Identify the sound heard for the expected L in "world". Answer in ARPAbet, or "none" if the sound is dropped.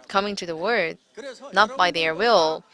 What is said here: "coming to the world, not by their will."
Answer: none